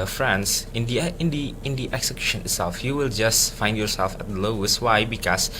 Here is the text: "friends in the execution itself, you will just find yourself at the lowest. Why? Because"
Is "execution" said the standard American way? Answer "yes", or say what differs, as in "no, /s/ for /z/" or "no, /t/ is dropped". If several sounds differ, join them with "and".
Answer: yes